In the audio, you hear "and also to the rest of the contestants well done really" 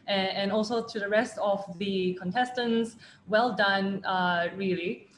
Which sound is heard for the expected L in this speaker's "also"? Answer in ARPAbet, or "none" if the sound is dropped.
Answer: L